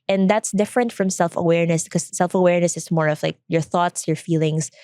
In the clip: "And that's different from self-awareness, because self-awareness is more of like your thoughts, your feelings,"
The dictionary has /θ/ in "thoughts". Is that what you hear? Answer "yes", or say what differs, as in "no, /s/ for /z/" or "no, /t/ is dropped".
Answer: yes